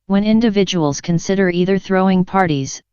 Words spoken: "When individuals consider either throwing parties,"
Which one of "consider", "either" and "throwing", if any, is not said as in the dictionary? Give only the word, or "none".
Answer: none